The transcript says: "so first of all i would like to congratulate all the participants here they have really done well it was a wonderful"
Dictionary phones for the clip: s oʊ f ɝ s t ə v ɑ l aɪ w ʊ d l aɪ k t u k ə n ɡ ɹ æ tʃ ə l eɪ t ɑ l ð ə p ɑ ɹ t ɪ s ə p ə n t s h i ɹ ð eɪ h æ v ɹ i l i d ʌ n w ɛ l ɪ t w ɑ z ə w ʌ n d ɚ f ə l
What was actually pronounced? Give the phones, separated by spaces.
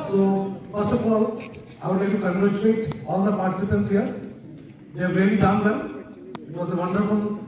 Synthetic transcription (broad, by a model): s oʊ f ɝ s t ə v ɑ l aɪ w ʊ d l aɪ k t u k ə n ɡ ɹ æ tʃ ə l eɪ t ɑ l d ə p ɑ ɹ t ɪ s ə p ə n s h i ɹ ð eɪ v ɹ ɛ n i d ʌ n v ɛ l ɪ t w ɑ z ə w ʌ n d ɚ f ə l